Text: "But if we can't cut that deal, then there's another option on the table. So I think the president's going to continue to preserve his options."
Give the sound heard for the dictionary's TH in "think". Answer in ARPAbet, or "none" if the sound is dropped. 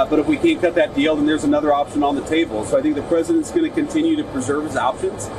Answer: TH